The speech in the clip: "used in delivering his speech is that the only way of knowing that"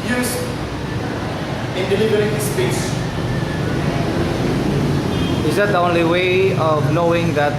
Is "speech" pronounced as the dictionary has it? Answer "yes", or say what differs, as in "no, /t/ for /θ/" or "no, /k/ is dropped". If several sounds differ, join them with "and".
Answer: no, /s/ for /tʃ/